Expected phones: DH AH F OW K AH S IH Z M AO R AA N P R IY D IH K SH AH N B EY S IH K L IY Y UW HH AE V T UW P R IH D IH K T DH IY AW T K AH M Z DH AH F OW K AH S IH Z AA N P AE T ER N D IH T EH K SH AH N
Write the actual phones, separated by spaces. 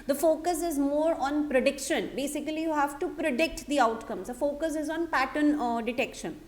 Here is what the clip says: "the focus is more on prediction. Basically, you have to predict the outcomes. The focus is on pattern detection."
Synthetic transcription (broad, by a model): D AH F OW K AH S IH Z M AO R AA N P R IY D IH K SH AH N B EY S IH K L IY Y UW HH AE V T UW P R IH D IH K T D IY AW T K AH M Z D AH F OW K AH S IH Z AA N P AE T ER N D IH T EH K SH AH N